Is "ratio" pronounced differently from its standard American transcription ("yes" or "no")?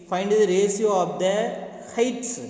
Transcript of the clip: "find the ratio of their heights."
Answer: yes